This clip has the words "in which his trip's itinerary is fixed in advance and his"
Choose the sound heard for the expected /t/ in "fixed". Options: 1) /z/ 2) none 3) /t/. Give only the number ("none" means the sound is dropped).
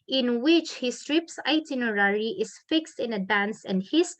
3